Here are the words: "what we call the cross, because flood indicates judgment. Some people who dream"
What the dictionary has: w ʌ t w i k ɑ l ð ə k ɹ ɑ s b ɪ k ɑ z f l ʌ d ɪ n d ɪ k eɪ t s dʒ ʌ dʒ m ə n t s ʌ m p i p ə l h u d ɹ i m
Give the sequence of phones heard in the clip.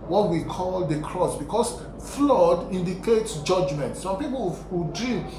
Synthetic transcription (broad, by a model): w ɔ t w i k ɑ l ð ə k ɹ ɑ s b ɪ k ɑ s f l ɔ d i n d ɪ k eɪ t s dʒ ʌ dʒ m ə n t s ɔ m p i p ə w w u d ɹ i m